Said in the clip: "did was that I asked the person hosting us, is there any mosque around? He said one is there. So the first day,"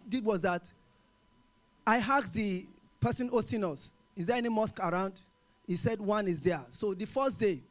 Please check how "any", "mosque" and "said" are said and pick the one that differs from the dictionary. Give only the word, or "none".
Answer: none